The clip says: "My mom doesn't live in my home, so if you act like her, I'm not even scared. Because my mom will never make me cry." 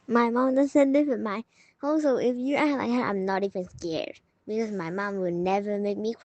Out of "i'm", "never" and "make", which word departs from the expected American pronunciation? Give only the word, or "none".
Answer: none